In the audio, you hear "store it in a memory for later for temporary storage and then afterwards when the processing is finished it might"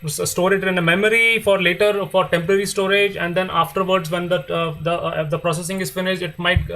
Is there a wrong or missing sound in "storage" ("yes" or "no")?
no